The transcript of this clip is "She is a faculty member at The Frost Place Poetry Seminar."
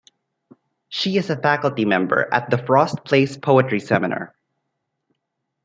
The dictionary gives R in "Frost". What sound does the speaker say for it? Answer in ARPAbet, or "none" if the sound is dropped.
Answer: R